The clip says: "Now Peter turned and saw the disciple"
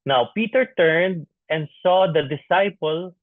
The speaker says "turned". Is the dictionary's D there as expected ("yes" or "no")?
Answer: yes